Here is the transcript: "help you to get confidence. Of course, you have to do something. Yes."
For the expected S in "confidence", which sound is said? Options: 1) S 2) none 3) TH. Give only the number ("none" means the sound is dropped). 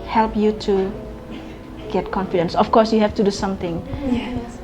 1